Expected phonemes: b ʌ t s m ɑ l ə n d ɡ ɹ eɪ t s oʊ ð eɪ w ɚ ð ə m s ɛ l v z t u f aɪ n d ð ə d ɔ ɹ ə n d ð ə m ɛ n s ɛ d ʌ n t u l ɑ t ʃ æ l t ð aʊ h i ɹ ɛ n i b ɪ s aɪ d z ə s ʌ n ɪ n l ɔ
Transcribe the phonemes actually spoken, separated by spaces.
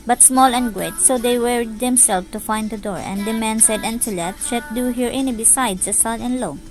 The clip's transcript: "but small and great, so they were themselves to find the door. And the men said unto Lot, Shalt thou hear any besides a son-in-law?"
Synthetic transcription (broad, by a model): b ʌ t s m ɑ l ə n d ɡ ɹ eɪ t s oʊ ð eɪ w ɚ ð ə m s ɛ l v t u f aɪ n d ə d ɔ ɹ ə n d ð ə m ɛ n s ɛ d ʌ n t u l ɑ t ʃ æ t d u h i ɹ ɛ n i b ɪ s aɪ d s ə s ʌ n ɪ n l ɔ